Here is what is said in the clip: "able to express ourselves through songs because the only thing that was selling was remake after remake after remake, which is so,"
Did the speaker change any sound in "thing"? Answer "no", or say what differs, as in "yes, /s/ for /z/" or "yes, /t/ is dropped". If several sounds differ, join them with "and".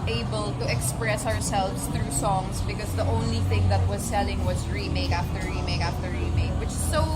no